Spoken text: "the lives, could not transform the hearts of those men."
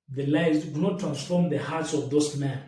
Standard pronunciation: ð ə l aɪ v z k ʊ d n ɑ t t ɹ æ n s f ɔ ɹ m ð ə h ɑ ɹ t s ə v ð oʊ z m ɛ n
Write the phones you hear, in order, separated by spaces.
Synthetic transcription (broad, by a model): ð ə l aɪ z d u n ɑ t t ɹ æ n s f ɔ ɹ m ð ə h ɑ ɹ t s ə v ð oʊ s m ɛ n